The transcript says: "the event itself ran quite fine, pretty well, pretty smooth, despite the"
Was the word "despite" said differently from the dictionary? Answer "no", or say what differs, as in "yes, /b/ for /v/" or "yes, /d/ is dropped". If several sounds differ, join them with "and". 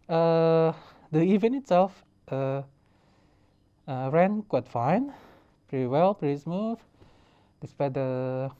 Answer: no